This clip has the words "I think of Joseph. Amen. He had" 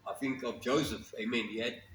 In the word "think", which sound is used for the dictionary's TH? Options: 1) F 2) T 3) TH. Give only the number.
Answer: 3